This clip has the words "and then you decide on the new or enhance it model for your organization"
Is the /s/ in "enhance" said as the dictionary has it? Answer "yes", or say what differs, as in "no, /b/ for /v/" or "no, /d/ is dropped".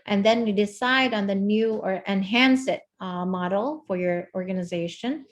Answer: yes